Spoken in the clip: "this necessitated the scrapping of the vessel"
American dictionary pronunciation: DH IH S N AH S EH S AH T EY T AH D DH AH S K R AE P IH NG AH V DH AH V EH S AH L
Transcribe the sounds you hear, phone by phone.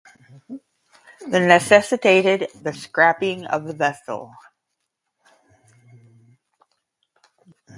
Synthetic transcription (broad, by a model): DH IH N AH S EH S AH T EY T AH D DH AH S K R AE P IH NG AH V DH AH V EH S L